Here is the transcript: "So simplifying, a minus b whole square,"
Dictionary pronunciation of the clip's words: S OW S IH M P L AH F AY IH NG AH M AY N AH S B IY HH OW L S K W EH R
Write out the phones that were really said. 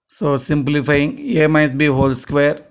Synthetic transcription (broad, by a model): S OW S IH M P L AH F AY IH NG AH M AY AH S B IY HH OW L S K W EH R